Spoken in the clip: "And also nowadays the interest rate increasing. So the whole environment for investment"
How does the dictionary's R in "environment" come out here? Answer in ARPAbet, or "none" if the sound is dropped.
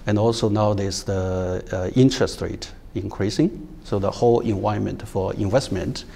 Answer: none